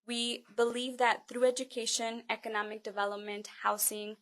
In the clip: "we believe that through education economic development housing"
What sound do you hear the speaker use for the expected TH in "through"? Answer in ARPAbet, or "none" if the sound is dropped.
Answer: TH